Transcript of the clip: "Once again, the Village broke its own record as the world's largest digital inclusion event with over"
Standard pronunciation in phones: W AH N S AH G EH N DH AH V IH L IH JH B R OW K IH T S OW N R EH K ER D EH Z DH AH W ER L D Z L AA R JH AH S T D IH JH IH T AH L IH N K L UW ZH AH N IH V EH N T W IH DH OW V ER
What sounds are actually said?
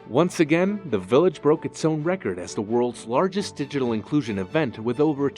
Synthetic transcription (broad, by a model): W AH N S AH G EH N DH AH V IH L IH JH B R OW K IH T S OW N R EH K ER D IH Z DH AH W ER L D Z L AA R JH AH S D IH JH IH T L IH N K L UW ZH AH N IH V EH N T W IH DH OW V ER